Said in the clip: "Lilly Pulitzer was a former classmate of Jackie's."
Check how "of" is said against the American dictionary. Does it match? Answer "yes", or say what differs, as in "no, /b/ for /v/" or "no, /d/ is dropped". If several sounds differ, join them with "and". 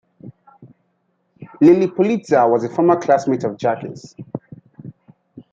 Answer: yes